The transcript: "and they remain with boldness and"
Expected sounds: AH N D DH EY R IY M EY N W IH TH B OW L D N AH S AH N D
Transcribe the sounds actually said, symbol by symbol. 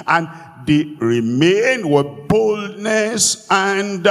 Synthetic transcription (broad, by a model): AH N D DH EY R IY M EY N W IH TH B OW L D N AH S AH N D